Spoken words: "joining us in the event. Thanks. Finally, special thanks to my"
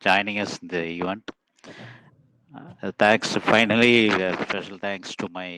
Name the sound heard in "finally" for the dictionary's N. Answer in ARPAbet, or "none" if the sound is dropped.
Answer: N